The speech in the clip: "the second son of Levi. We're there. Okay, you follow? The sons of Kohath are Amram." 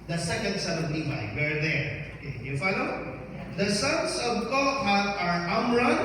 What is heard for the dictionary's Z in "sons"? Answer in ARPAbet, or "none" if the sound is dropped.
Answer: S